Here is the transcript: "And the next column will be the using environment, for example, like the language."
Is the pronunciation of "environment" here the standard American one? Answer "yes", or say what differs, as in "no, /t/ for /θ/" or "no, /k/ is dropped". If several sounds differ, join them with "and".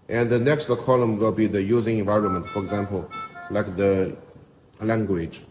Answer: yes